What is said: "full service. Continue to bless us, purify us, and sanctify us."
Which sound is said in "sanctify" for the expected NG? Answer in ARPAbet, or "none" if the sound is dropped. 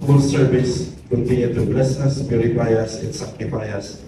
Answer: none